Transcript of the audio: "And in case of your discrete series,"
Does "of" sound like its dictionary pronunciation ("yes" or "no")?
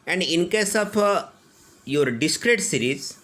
no